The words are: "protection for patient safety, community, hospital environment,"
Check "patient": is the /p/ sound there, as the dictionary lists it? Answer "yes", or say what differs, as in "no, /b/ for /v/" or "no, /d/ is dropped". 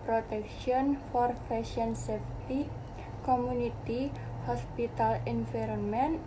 no, /f/ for /p/